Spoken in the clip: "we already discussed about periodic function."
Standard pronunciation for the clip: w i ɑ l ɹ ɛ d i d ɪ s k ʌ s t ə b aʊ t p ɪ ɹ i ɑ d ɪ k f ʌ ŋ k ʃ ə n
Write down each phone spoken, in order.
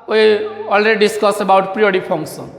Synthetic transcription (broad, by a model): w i ɑ l ɹ ɛ d i d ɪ s k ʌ s ə b aʊ t p ɹ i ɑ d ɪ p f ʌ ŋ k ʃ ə n